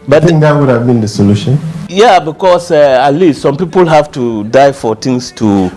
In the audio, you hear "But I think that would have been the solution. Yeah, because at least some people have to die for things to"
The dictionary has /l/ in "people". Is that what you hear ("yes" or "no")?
yes